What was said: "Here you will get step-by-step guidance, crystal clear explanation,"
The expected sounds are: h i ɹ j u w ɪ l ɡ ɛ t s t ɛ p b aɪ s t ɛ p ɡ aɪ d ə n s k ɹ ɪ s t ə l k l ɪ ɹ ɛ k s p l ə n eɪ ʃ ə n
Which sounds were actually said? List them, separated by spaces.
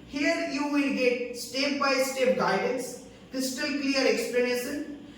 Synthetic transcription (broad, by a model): h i ɹ j u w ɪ l ɡ ɛ t s t ɛ p b aɪ s t ɛ p ɡ aɪ d ə n s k ɪ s t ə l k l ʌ ɹ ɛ k s p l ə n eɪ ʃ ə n